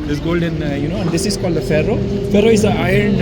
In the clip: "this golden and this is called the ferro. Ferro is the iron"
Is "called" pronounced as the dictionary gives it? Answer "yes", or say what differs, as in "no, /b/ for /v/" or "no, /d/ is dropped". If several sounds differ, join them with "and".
yes